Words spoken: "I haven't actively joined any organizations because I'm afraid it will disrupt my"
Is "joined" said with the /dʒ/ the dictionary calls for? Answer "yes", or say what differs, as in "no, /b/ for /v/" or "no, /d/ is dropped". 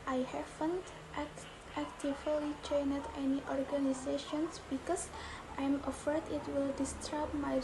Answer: no, /tʃ/ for /dʒ/